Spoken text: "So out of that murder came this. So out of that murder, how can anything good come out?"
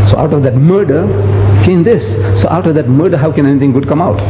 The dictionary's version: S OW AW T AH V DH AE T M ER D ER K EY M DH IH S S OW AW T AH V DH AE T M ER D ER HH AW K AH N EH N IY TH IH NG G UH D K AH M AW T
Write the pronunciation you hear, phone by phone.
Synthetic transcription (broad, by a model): S OW AW T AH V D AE T M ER D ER K EY M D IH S S OW AW T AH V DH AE T M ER D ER HH AW K AH N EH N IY T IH NG G UH D K AH M AW T